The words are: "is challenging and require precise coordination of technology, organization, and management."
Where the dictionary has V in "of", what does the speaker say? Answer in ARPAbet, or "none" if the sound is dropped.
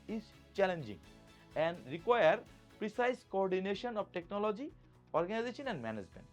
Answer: B